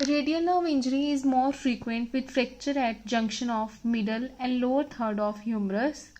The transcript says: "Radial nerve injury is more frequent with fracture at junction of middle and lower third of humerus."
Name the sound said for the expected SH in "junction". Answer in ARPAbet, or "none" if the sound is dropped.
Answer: SH